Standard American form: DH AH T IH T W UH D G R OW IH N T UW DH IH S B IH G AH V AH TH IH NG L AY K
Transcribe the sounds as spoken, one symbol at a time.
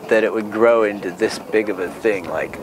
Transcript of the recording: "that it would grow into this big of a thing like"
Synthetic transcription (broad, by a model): DH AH T IH T W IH D G R OW IH N T UW DH IH S B IH G AH V AH TH IH NG L AY K